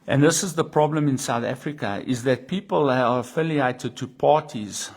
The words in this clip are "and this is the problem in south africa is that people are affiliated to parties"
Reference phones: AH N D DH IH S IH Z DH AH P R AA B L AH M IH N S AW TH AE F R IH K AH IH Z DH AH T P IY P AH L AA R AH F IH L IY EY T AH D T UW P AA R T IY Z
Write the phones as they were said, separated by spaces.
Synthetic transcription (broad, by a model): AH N DH IH S IH Z DH AH P R AA B L AH M IH N S AW TH AE F R IH K AH IH Z DH AH T P IY P AH L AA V AH F IH L IY EY T AH D T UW P AA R T IY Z